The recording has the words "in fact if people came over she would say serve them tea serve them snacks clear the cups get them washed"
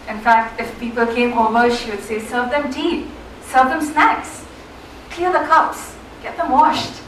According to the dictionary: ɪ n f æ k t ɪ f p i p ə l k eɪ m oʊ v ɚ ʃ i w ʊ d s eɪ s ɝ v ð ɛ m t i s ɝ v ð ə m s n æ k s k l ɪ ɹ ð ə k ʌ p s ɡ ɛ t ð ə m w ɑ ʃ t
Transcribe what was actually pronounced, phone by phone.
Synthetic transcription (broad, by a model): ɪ n f æ k t ɪ f p i p ə l k eɪ m oʊ v ɚ ʃ i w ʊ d s eɪ s ɝ v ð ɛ m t i s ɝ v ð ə m s n æ k s k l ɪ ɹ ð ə k ʌ p s ɡ ɛ t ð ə m w ɑ ʃ t